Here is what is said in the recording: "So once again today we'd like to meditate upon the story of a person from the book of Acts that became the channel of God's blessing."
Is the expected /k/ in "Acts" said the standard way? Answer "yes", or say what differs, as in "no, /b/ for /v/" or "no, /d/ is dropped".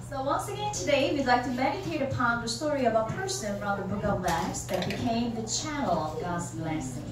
no, /k/ is dropped